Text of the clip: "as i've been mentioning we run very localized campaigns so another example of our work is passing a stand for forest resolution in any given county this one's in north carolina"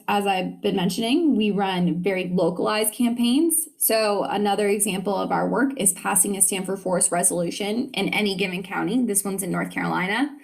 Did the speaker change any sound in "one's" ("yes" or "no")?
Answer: no